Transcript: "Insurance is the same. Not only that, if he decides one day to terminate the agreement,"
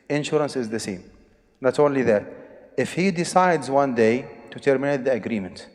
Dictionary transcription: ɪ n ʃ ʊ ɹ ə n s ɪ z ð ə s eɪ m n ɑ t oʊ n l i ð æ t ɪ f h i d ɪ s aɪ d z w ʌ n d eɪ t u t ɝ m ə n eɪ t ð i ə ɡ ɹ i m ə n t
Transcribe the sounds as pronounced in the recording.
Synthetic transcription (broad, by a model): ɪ n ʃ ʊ ɹ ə n s ɪ z ð ə s eɪ m n ɑ t oʊ n l i ð æ t ɪ f h i d ɪ s aɪ d z w ʌ n d eɪ t u t ɝ m ə n eɪ t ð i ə ɡ ɹ i m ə n t